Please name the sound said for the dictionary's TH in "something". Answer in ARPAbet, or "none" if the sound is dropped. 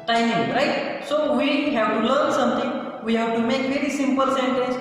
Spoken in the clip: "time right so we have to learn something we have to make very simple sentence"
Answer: T